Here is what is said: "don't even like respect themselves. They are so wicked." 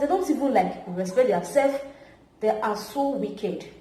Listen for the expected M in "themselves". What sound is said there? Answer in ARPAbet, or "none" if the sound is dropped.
none